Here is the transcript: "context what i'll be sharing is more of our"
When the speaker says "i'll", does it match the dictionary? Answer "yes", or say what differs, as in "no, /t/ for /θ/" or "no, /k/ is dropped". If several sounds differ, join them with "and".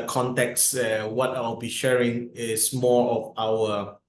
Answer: no, /w/ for /l/